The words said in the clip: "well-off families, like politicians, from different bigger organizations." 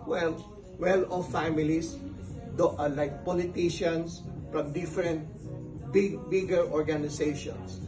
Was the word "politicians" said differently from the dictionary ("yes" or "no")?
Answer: yes